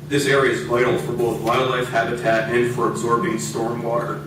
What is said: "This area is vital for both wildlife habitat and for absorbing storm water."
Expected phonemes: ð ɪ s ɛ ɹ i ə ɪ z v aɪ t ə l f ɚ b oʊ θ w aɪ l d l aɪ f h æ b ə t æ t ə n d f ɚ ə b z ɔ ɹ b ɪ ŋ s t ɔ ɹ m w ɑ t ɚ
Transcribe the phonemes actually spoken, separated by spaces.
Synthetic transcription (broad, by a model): ð ɪ s ɛ ɹ i ə ɪ z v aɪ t l f ɚ b oʊ θ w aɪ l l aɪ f h æ b ə t æ t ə n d f ɚ ə b z ɔ ɹ b ɪ ŋ s t ɔ ɹ m w ɑ t ɚ